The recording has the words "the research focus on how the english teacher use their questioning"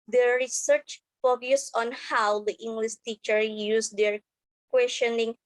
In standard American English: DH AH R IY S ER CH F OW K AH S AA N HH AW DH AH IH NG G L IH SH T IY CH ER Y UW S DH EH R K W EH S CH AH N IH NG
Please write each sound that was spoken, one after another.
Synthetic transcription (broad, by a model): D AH R IY S ER CH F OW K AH S AA N HH AW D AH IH NG G L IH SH T IY CH ER Y UW S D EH R K W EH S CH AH N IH NG